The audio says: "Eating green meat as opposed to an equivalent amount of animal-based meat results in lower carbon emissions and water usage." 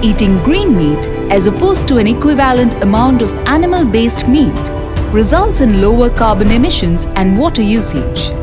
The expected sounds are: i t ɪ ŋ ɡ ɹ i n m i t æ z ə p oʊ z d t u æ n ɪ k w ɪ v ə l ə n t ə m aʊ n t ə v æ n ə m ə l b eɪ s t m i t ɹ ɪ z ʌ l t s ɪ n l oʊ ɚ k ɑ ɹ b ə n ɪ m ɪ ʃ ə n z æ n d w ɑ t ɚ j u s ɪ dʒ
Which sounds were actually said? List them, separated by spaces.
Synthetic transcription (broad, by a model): i t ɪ ŋ ɡ ɹ i n m i t æ z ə p oʊ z t u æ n ɪ k w ɪ v ə l ə n t ə m aʊ n t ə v æ n ə m ə l b eɪ s t m i t ɹ ɪ z ʌ l t s ɪ n l oʊ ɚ k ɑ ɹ b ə n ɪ m ɪ ʃ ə n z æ n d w ɑ t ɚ j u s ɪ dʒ